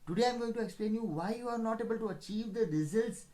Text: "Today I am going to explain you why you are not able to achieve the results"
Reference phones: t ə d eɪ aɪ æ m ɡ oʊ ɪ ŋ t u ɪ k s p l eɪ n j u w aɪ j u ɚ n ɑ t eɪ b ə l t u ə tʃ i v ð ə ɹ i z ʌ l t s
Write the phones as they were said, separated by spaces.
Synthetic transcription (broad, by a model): t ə d eɪ aɪ m ɡ oʊ ɪ ŋ t u ɪ k s p l eɪ n j u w aɪ j u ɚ n ɑ t eɪ b ə l t u ə tʃ i v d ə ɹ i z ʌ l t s